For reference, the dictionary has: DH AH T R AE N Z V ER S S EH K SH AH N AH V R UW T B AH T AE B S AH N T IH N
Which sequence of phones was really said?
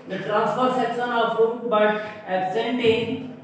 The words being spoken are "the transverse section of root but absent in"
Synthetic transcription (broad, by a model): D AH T R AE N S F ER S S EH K S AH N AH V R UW B AH T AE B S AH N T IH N